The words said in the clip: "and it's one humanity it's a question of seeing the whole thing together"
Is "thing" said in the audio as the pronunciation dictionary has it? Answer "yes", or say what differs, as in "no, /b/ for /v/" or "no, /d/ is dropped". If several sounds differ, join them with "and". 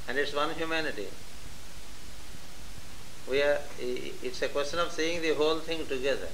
no, /t/ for /θ/